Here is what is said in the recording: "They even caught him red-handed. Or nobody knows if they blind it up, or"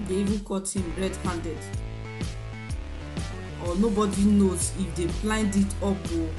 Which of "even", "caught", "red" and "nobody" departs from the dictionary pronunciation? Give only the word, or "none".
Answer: none